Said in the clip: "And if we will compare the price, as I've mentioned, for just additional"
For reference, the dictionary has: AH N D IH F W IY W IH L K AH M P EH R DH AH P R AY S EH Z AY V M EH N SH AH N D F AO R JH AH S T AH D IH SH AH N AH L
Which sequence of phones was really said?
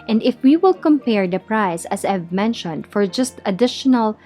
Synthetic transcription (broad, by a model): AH N D IH F W IY W IH L K AH M P EH R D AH P R AY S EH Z AY V M EH N SH AH N D F AO R JH AH S T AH D IH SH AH N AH L